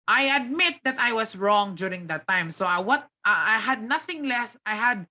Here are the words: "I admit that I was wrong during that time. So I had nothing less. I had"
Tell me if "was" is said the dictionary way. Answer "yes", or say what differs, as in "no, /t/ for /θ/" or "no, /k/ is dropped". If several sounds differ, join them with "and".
no, /s/ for /z/